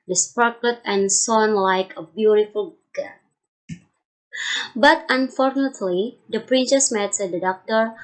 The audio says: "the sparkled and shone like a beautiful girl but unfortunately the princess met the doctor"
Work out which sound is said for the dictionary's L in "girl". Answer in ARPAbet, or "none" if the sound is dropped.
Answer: N